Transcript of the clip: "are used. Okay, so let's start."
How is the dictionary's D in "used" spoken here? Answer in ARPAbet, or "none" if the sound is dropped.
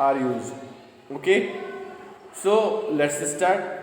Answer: none